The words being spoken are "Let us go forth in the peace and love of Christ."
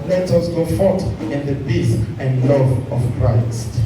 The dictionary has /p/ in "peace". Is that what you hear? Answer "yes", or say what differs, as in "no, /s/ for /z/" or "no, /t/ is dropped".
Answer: no, /b/ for /p/